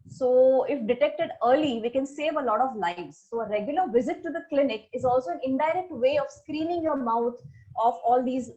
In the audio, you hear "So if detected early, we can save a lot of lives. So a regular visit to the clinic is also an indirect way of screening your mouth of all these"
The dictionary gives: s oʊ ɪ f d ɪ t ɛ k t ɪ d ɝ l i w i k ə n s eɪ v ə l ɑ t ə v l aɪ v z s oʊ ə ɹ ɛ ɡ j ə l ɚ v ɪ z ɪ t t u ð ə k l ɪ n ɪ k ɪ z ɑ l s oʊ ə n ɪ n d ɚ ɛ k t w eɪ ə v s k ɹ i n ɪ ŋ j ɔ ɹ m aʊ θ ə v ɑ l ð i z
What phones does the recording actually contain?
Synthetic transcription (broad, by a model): s oʊ ɪ f d ɪ t ɛ k t ɪ d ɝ l i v i k ə n s eɪ v ə l ɑ t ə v l aɪ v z s oʊ ə ɹ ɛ ɡ j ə l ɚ v ɪ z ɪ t t u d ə k l ɪ n ɪ k ɪ z ɑ l s oʊ ə n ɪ n d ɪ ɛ k t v eɪ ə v s k ɹ i n ɪ ŋ j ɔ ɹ m aʊ t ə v ɑ l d i z